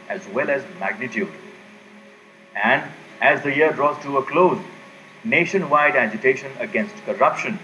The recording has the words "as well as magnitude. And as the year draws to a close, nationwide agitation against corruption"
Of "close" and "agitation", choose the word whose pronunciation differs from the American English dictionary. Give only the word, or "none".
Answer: none